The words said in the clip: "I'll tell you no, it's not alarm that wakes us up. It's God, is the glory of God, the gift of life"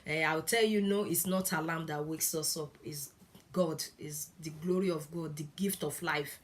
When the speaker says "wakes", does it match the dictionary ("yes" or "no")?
yes